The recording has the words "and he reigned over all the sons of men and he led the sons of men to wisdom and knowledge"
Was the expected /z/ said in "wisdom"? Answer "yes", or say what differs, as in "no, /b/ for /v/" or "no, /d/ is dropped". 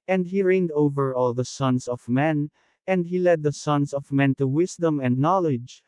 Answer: no, /s/ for /z/